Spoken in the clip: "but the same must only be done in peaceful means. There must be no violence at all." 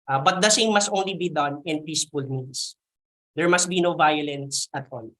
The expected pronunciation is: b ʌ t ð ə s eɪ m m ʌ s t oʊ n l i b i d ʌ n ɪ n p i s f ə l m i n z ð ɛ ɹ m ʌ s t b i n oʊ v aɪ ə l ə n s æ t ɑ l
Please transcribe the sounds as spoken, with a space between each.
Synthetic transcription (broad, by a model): b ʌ t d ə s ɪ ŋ m ʌ s t oʊ n l i b i d ʌ n ɪ n p i s f ə l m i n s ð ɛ ɹ m ʌ s t b i n oʊ v aɪ ə l ə n s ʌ t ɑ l